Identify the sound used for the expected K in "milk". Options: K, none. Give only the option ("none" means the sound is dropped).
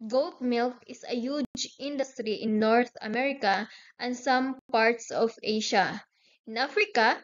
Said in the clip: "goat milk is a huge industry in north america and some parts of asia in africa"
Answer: K